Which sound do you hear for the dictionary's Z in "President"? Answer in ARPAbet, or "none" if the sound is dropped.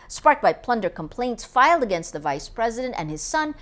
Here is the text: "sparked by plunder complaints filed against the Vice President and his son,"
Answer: Z